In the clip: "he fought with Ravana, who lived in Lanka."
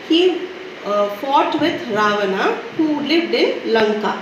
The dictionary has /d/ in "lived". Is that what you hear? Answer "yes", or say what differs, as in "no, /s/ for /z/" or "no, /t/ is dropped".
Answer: yes